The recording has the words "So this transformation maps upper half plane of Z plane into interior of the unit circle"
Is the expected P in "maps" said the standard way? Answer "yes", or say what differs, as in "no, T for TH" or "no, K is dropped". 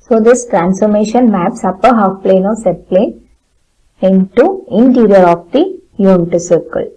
yes